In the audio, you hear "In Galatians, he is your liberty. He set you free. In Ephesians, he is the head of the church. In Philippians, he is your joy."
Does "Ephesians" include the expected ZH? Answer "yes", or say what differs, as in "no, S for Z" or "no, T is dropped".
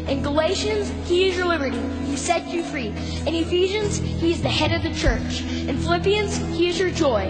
yes